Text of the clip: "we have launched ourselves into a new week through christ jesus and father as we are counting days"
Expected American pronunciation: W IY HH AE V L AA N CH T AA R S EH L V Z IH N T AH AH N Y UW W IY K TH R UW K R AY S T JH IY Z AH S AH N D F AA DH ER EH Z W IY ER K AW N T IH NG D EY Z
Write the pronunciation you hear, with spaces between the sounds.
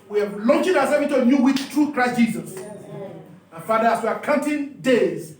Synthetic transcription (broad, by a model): W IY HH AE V L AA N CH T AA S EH V IH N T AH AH N Y UW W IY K T R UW K R AY S T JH IY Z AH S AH F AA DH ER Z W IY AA K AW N T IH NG D EY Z